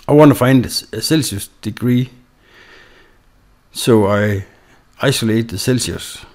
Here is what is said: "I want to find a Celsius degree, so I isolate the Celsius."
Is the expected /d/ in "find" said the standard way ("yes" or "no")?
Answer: yes